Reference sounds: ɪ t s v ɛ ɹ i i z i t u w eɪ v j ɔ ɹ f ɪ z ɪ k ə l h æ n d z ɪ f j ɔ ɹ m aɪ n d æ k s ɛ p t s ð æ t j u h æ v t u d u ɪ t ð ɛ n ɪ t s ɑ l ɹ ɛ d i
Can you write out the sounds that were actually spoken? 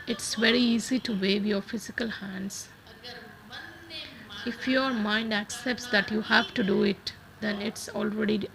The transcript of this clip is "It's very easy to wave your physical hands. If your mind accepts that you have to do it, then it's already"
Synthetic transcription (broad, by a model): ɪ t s v ɛ ɹ i i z i t u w eɪ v j ɔ ɹ f ɪ z ɪ k ə l h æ n d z ɪ f j ɔ ɹ m aɪ n d æ k s ɛ p t s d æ t j u h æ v t u d u ɪ t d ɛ n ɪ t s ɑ l ɹ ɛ d i